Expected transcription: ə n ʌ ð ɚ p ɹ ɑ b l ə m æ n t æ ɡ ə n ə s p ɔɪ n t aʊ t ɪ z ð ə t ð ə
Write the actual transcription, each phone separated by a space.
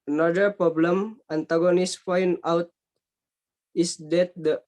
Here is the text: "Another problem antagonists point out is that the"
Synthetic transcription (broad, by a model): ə n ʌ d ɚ p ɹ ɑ b l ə m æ n t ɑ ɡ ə n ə s f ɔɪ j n aʊ t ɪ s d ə t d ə